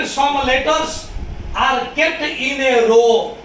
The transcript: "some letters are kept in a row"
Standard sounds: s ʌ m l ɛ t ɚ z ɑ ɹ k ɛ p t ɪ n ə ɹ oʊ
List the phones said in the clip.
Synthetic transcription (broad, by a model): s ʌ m l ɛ t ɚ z ɑ ɹ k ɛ t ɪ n ə ɹ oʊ